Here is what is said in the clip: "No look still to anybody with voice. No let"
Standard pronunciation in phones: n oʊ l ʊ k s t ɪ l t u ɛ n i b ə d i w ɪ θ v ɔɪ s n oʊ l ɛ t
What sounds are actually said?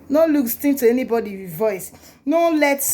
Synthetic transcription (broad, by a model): n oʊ l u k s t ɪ n t u ɛ n i b ə d i v ɔɪ s n oʊ l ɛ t